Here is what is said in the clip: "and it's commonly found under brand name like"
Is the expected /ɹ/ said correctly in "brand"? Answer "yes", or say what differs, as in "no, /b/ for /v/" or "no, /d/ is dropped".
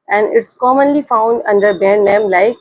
no, /ɹ/ is dropped